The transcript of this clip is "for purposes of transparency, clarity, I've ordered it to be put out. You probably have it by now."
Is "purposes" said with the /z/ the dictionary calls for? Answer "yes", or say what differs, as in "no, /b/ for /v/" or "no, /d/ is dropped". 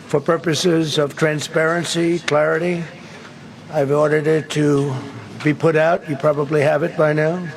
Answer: yes